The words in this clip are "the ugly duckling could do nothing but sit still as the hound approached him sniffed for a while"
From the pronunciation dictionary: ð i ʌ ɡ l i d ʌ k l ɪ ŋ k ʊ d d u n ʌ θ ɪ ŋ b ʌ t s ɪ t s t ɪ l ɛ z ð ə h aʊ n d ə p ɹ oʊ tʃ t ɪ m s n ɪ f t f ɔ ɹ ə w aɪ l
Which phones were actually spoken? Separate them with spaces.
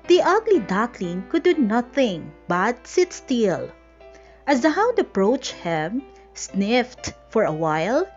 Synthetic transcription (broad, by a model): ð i ʌ ɡ l i d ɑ k l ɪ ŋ k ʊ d d u n ʌ θ ɪ ŋ b ʌ t s ɪ t s t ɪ l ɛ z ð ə h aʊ d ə p ɹ oʊ tʃ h ɪ m s n ɪ f t f ɔ ɹ ə w aɪ l